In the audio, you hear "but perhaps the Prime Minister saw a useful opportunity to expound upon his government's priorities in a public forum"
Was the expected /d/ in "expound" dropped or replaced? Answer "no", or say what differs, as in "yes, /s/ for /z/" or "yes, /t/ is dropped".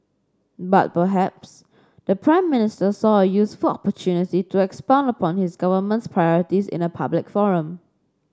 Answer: no